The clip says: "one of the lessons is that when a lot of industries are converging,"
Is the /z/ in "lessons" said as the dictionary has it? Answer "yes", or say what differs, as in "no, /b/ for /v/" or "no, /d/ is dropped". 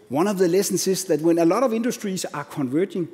no, /s/ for /z/